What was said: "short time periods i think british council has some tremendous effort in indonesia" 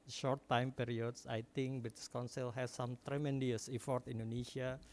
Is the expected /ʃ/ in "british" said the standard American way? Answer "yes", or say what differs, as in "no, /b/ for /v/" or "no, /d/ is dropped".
no, /s/ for /ʃ/